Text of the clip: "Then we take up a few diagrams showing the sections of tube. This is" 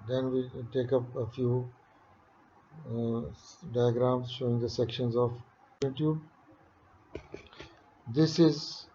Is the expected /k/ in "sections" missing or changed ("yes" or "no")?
no